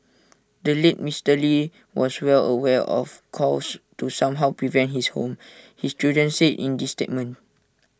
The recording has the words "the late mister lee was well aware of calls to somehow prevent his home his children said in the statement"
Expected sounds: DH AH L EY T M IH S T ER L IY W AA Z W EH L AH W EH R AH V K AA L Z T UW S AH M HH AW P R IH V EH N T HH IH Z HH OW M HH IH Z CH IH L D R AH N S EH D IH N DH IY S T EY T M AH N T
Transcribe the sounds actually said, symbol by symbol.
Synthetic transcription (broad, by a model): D AH L EY T M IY S T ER L IY W AA S W EH L AH W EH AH F K AA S T UW S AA M HH AW P R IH V EH N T HH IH S HH OW M HH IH S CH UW D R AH N S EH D IH N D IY S T EY T M AH N T